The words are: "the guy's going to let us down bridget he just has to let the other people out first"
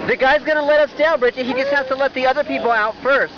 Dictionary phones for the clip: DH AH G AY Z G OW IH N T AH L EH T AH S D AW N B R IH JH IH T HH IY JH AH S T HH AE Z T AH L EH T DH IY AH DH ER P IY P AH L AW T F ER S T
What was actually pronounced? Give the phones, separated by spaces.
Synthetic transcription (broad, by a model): DH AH G AY Z G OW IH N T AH L EH T AH S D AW L B R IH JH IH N HH IY JH AH S T HH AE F T AH L EH T DH IY AH DH ER P IY P L AW T F ER S T